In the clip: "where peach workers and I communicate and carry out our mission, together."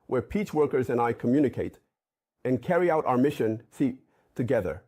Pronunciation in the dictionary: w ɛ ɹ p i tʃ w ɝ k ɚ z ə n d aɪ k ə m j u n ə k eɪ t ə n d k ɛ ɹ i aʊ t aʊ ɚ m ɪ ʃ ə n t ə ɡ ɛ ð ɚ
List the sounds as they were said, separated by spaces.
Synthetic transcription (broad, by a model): w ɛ ɹ p i tʃ w ɝ k ɚ z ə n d aɪ k ə m j u n ə k eɪ t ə n k ɛ ɹ i aʊ t aʊ ɚ m ɪ ʃ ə n t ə ɡ ɛ ð ɚ